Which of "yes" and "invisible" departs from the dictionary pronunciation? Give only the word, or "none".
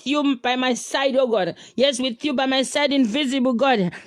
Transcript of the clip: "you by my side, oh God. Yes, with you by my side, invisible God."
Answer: none